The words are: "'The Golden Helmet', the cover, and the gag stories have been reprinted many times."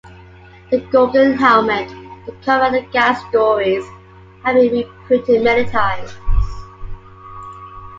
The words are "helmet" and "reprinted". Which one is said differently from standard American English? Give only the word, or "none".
reprinted